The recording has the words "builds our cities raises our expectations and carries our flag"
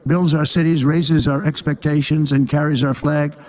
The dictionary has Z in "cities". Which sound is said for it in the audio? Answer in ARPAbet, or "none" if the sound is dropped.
Z